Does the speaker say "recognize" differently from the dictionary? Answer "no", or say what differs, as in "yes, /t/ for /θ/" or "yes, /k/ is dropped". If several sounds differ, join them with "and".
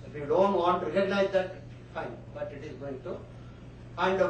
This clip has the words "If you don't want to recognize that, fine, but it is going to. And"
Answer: yes, /k/ is dropped